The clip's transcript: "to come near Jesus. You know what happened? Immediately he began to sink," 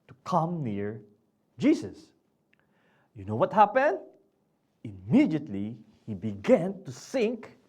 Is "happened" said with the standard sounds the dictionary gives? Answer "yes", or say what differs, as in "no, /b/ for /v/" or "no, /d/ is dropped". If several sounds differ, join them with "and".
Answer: yes